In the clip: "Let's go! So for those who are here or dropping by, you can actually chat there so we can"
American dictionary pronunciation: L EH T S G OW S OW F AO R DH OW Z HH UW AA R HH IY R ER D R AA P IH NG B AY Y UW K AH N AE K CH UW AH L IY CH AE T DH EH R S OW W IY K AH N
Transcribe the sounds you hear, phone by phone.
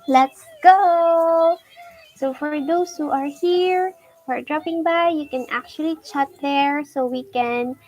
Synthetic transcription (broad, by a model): L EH T S G OW S OW F AO R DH OW S HH UW AA R HH IY R ER D R AA P IH NG B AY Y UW K AH N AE K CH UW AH L IY CH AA T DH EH R S OW W IY K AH N